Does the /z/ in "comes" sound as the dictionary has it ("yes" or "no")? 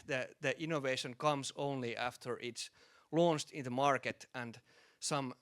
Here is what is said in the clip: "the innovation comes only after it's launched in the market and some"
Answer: no